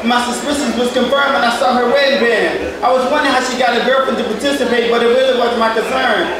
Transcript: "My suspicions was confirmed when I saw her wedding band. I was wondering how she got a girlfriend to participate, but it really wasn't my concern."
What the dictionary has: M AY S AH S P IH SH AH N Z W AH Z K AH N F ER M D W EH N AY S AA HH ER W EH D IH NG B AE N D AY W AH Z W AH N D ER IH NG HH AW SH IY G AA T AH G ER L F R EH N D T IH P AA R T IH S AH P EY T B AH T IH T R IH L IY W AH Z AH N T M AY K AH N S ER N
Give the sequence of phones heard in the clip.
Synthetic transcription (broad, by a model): M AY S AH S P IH S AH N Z W AH Z K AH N F ER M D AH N AY S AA HH ER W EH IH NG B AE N AY W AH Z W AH N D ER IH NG HH AW SH IY G AA T AH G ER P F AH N T IH P AA R T IH S AH P EY T B AH T IH T R IH L IY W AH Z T M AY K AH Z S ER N